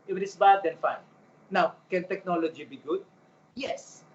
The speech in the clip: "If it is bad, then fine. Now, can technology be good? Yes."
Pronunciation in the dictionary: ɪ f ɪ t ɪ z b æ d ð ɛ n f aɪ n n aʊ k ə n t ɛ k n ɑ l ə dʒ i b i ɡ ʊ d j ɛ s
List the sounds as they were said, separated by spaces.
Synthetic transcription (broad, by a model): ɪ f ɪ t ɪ s b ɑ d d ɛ n f aɪ n n aʊ k ə n t ɛ k n ɑ l ə dʒ i b i ɡ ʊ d j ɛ s